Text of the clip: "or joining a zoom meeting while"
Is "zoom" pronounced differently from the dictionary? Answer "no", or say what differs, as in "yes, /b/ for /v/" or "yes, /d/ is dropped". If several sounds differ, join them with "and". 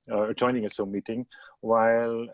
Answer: yes, /s/ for /z/